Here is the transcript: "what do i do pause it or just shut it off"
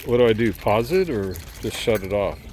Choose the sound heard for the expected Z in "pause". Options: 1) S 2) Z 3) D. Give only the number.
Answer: 2